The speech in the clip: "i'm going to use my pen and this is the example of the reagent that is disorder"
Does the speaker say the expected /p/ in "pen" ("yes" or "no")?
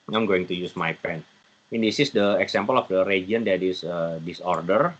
yes